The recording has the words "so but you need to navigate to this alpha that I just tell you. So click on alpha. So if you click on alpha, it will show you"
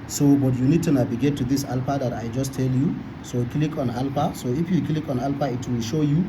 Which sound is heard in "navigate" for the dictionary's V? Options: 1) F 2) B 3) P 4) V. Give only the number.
2